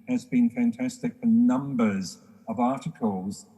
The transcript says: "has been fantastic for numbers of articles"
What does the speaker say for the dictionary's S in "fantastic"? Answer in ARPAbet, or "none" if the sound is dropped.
S